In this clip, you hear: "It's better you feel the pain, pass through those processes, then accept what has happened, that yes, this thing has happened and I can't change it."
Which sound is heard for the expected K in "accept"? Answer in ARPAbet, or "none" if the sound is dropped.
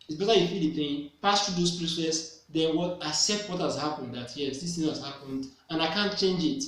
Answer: none